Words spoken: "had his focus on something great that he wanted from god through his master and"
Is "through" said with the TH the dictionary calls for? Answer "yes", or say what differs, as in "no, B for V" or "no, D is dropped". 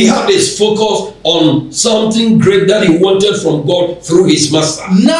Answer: yes